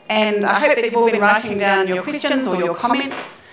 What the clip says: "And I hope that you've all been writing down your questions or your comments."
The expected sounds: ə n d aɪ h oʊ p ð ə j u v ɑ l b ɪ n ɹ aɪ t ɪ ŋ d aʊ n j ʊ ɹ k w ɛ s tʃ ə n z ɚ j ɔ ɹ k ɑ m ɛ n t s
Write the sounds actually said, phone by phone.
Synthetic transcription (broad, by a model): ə n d aɪ h oʊ p ð ə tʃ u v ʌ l b ɪ n ɹ aɪ t ɪ ŋ d aʊ n j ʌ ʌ k w ɛ s tʃ ə n z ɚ j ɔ k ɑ m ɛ n t s